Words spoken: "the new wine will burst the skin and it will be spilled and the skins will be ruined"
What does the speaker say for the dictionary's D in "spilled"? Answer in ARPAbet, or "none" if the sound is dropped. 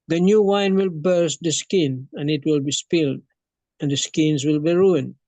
D